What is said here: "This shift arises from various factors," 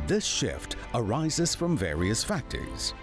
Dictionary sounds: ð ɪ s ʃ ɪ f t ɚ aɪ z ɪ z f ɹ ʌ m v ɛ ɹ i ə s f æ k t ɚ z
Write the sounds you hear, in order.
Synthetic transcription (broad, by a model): ð ɪ s ʃ ɪ f t ɚ aɪ z ɪ z f ɹ ʌ m v ɛ ɹ i ə s f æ k t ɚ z